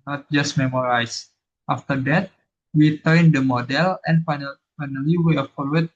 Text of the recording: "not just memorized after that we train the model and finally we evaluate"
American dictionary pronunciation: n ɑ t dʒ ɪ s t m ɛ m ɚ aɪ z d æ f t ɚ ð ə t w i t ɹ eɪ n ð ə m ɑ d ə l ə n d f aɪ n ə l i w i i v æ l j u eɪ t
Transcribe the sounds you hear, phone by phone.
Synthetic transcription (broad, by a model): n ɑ t dʒ ɪ s t m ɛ m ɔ aɪ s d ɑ f t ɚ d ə t w i t eɪ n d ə m ɑ d ə l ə n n f aɪ n ə l i w i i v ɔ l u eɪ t